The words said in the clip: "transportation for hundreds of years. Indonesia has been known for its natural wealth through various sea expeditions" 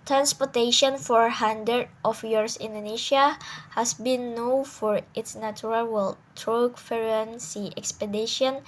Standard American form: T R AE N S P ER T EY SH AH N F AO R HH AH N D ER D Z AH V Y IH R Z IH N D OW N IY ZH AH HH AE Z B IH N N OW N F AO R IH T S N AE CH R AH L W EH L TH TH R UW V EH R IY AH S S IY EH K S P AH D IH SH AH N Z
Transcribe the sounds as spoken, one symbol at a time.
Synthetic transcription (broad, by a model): T R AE N S P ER T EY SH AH N F AO R HH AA N D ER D AH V Y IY R S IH N D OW N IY SH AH HH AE S B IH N N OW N F AO R IH T S N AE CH R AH L W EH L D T R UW F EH R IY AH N S IY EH K S P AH D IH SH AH N